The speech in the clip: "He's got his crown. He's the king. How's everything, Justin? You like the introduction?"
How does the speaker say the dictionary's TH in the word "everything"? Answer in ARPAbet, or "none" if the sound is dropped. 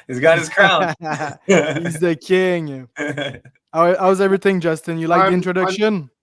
TH